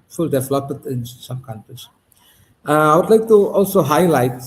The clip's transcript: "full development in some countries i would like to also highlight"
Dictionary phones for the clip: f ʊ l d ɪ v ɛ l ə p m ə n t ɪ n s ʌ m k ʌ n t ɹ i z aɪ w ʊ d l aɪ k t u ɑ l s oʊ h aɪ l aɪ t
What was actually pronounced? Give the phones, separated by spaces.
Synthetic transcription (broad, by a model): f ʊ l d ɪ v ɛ l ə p ə t ɪ n s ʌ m k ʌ n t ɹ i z aɪ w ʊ d l aɪ k t u ɑ l s oʊ h aɪ l aɪ t